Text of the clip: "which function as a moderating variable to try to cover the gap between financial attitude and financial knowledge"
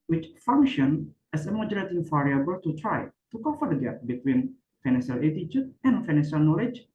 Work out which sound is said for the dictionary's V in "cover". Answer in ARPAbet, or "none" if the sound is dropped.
F